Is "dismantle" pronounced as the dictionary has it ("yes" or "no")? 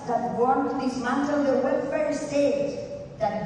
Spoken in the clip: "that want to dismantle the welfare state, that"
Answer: no